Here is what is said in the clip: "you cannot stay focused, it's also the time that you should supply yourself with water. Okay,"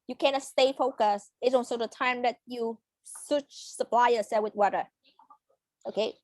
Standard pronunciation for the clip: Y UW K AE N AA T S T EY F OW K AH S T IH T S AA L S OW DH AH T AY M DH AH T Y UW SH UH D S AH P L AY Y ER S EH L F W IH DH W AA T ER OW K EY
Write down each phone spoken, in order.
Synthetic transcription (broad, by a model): Y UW K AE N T S T EY F OW K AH S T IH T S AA N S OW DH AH T AY M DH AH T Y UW S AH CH S AH P L AY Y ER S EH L W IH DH W AA T ER OW K EY